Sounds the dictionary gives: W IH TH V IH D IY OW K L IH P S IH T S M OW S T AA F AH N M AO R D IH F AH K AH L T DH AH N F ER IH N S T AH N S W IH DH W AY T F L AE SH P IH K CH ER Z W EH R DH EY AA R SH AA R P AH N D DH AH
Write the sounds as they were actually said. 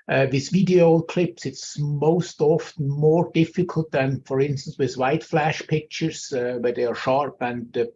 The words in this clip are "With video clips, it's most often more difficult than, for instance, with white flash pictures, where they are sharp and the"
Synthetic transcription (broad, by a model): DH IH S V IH D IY OW K L IH P S IH T S M OW S T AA F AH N M AO R D IH F AH K AH L T DH AH N F ER IH N S T AH N S W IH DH W AY T F L AE SH P IH K CH ER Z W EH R DH EY AA R SH AA R P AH N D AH